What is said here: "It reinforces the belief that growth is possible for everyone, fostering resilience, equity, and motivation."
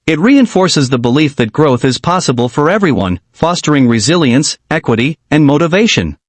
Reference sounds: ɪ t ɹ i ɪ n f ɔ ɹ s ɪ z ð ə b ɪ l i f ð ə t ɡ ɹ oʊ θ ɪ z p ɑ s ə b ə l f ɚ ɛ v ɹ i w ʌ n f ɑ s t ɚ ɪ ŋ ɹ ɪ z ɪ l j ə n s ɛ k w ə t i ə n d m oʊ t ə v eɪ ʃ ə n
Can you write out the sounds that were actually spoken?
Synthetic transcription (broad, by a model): ɪ t ɹ i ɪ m f ɔ ɹ s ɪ z ð ə b ɪ l i f ð ə t ɡ ɹ oʊ θ ɪ z p ɑ s ə b ə l f ɚ ɛ v ɹ i w ʌ n f ɑ s t ɚ ɪ ŋ ɹ ɪ z ɪ l j ə n s ɛ k w ə t i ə n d m oʊ t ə v eɪ ʃ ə n